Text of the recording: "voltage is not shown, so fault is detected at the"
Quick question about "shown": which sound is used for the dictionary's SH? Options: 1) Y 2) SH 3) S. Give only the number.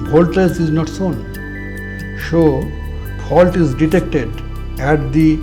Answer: 3